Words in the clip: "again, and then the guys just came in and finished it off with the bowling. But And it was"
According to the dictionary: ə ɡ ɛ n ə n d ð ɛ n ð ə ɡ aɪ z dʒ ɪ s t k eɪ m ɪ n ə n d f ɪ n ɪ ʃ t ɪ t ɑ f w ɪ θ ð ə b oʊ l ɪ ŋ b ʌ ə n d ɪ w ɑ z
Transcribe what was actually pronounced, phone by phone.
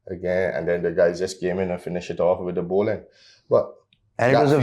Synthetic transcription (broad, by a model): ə ɡ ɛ n ə n d ɛ n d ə ɡ aɪ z dʒ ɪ s k eɪ m ɪ n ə n f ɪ n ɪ ʃ ɪ t ɑ f w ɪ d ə b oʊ l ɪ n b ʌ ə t ɪ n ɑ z